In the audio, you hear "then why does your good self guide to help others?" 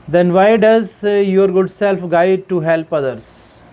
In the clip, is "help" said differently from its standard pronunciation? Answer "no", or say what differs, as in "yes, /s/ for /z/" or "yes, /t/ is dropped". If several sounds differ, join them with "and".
no